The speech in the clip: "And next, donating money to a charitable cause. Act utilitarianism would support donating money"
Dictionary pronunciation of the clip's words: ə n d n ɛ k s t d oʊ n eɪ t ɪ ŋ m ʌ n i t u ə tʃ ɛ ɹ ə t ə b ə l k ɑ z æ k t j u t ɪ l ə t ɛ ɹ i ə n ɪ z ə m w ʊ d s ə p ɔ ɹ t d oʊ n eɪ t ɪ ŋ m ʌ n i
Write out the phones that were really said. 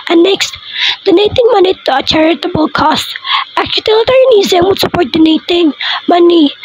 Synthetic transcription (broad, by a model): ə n n ɛ k s t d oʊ n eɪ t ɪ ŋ m ʌ n i t u ə tʃ ɛ ɹ ə t ə b ə l k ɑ s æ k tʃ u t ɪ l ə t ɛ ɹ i n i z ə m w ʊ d s ə p ɔ ɹ t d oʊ n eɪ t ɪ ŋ m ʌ n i